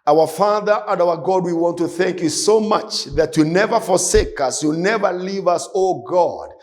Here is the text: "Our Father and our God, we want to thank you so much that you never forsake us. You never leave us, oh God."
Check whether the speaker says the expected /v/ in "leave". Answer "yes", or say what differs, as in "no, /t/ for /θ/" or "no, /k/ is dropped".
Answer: yes